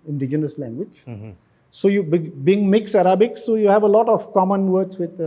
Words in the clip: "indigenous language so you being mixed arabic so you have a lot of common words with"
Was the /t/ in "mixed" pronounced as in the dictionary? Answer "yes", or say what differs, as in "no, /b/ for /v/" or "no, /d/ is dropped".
no, /t/ is dropped